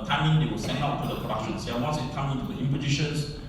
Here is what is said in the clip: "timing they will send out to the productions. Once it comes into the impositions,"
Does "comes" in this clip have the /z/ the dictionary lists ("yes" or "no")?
no